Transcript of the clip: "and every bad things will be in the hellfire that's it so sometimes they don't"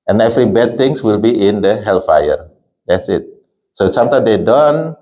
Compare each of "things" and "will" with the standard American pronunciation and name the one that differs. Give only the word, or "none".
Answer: things